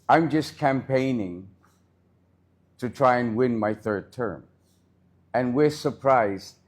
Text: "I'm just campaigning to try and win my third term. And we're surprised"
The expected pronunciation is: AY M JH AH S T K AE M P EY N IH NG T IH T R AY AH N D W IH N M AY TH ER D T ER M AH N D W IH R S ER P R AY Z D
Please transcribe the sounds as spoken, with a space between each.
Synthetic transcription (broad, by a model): AY M JH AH S K AE M P EY N IH NG T IH T R AY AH N W IH N M AY TH ER D T ER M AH N W IH R S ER P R AY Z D